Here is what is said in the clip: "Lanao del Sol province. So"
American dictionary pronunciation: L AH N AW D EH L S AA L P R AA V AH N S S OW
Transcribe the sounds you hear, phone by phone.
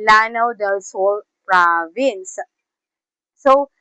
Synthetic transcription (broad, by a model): L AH N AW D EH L S AA L P R AA V AH N S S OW